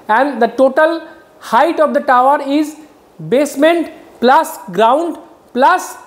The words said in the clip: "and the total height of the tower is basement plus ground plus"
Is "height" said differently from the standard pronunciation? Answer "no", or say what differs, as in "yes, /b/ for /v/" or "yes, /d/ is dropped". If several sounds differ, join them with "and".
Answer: no